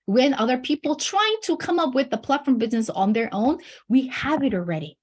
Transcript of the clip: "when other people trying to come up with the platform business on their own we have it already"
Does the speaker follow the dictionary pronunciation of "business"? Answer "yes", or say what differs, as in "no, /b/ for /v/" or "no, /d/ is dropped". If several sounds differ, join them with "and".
yes